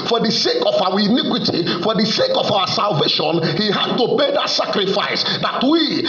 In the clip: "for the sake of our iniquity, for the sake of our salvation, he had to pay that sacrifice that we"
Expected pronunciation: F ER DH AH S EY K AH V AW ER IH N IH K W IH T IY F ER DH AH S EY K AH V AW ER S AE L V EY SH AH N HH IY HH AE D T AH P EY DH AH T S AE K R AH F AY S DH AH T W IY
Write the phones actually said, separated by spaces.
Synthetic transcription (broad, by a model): F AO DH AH S EY K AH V AW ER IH N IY K W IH T IY F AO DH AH S EY K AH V AW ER S AE L V EY SH AH N HH IY HH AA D T AH B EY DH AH T S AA K R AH F AY S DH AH T W IY